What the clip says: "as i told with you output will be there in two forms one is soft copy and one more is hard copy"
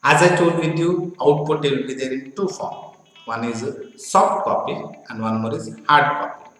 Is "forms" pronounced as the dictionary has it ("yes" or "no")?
no